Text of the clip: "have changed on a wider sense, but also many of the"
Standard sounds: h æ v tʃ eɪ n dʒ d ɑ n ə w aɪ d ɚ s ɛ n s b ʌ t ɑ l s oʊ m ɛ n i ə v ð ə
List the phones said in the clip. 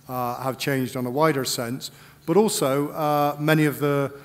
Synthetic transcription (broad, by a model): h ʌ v tʃ eɪ n dʒ d n ə w aɪ d ɚ s ɛ n s b ʌ t ɑ l s oʊ m ɛ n i ə v ð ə